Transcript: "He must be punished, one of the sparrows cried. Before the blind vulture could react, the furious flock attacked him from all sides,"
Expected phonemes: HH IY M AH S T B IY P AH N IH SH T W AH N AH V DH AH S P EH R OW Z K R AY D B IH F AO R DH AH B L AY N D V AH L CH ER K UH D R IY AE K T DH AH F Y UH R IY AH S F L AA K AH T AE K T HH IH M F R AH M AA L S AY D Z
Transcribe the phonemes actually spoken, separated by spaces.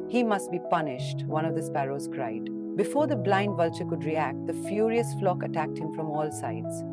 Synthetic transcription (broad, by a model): HH IY M AH S T B IY P AH N IH SH T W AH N AH V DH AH S P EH R OW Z K R AY D B IH F AO R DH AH B L AY N D V AH L CH ER K UH D R IY AE K T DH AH F Y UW R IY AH S F L AA K AH T AE K T HH IH M F R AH M AA L S AY D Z